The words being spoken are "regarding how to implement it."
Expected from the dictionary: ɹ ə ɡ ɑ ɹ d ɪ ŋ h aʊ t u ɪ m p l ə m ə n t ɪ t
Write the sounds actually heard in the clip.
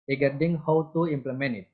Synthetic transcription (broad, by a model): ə ɡ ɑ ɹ d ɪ ŋ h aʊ t u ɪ m p l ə m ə n ɪ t